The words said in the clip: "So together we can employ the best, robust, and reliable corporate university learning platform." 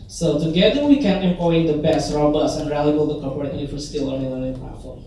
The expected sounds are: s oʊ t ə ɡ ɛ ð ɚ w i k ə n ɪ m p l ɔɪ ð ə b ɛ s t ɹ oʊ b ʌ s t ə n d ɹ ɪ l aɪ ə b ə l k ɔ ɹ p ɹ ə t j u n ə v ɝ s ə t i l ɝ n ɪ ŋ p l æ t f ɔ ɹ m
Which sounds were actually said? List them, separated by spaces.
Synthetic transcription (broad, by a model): s oʊ t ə ɡ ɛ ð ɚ w i k ə n ɪ m p l ɔɪ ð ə b ɛ s t ɹ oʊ b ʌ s ə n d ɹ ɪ l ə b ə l k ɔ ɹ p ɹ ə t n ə f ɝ s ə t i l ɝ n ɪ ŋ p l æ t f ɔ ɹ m